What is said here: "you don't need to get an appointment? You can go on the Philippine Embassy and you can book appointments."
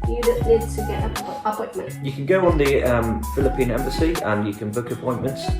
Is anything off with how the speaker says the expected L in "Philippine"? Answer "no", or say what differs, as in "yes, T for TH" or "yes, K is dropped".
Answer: no